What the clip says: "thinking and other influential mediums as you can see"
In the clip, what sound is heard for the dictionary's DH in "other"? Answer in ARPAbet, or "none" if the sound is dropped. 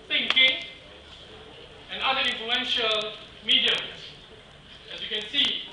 none